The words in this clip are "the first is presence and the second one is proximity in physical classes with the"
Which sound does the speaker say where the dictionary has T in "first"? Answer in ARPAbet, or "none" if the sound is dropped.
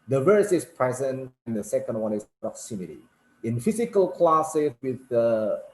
none